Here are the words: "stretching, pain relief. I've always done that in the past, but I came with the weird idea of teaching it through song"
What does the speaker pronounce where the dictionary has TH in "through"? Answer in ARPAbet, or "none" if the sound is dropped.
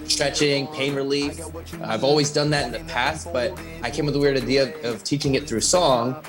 TH